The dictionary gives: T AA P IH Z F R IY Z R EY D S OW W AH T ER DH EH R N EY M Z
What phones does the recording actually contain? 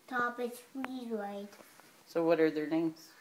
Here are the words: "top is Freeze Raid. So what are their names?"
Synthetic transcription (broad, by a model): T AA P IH S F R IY R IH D S OW W AH T ER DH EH R N EY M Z